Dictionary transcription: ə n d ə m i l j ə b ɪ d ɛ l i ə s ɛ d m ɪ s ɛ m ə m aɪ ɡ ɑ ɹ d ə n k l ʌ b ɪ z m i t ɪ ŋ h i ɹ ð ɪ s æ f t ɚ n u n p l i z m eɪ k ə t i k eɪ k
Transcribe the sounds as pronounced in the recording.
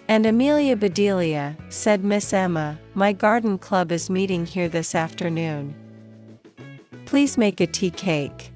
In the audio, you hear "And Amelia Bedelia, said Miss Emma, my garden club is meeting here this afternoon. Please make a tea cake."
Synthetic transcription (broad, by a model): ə n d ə m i l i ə b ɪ d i l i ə s ɛ d m ɪ s ɛ m ə m aɪ ɡ ɑ ɹ d n k l ʌ b ɪ z m i t ɪ ŋ h i ɹ ð ɪ s æ f t ɚ n u n p l i z m eɪ k ə t i k eɪ k